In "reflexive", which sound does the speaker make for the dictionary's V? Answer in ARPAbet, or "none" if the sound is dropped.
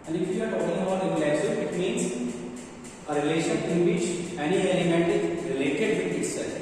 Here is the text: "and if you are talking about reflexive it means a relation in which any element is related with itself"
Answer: none